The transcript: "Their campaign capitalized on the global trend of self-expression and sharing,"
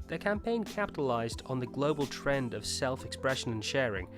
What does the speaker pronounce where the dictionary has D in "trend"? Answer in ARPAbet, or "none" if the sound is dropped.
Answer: D